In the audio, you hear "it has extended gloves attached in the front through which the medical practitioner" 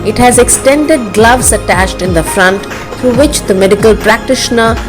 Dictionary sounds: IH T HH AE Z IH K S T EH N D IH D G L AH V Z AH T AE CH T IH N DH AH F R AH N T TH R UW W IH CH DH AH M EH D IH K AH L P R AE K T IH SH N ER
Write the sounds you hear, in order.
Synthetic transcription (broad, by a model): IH T HH AE Z IH K S T EH N D IH D G L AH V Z AH T AE CH T IH N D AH F R AH N T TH R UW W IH CH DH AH M EH D IH K AH L P R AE K T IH SH N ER